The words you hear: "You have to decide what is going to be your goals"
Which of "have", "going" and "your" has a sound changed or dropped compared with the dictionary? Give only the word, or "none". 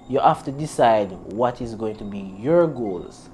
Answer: have